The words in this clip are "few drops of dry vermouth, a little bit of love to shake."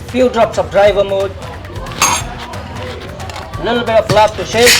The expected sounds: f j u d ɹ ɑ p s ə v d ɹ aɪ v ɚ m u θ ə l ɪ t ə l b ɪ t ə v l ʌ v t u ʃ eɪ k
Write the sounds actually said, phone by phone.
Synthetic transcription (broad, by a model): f j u d ɹ ɑ p s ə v d ɹ aɪ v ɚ m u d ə l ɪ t l b ɪ t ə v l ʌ p t u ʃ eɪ